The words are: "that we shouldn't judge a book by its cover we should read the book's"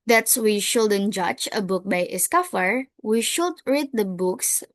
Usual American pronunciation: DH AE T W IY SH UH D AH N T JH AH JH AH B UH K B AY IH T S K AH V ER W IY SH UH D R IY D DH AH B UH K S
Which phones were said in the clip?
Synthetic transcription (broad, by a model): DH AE T W IY SH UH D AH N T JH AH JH AH B UH K B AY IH S K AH F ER W IY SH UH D R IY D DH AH B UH K S